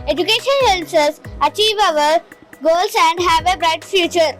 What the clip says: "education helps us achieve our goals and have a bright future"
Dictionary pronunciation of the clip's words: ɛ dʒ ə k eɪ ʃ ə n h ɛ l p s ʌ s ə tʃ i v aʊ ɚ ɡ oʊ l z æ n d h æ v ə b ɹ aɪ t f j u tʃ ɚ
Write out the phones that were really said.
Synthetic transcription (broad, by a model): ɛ dʒ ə k eɪ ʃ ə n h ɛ l s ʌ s ə tʃ i v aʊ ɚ ɡ oʊ l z æ n d h æ v ə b ɹ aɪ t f j u tʃ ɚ